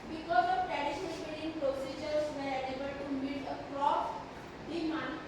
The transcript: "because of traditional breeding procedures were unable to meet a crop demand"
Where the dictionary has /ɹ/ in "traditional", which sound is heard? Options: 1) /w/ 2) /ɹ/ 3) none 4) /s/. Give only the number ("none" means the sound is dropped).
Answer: 3